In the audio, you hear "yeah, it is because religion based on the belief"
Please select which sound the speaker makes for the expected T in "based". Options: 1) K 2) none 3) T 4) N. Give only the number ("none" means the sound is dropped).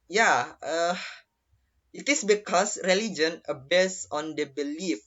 2